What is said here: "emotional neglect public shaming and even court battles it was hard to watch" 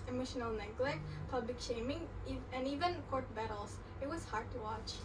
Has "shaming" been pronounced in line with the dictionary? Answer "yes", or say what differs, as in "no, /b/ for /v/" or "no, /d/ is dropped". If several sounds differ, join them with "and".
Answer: yes